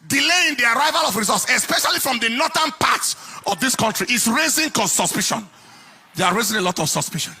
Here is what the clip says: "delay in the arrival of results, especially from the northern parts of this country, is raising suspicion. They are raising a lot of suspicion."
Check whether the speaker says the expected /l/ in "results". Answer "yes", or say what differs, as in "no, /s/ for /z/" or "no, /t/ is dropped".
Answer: no, /l/ is dropped